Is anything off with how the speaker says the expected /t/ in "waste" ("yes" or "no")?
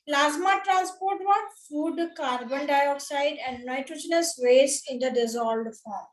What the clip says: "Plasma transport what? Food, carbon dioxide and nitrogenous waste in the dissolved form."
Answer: yes